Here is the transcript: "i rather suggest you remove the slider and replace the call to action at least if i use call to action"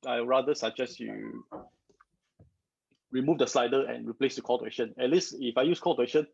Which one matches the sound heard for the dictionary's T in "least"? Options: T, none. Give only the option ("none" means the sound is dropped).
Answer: none